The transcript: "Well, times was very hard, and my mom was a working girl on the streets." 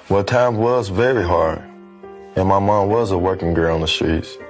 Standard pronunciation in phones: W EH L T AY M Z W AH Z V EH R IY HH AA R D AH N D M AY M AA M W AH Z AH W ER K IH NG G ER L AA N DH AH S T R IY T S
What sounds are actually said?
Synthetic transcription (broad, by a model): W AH T AY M W AH Z V EH R IY HH AA R D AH N M AY M AA M W AH Z AH W ER K IH NG G ER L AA N DH AH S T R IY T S